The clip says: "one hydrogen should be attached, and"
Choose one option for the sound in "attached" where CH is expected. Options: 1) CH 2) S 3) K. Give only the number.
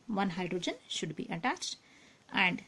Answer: 1